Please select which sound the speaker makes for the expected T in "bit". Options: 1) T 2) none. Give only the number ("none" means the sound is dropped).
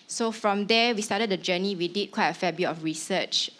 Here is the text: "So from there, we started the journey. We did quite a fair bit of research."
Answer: 2